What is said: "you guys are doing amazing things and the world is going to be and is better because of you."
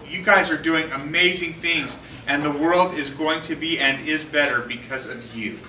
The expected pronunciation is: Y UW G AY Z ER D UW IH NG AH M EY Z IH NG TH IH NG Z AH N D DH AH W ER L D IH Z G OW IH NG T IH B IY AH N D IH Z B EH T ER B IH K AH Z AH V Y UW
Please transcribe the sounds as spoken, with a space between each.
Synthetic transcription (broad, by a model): Y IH G AY Z ER D UW IH NG AH M EY Z IH NG TH IH NG Z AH N DH AH W ER L D IH Z G OW IH NG T IH B IY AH N IH Z B EH T ER B IH K AH Z AH V Y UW